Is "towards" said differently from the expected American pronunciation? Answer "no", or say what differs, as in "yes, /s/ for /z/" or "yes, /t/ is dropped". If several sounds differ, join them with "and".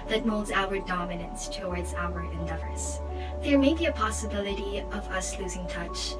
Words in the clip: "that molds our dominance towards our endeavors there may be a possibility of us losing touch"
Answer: no